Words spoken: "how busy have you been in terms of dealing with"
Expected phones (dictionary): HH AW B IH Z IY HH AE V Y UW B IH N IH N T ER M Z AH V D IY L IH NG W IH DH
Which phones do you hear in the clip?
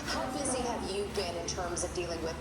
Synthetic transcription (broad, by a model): HH AW B IH Z IY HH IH V Y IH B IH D IH N T ER M Z AH V D IY L IH NG W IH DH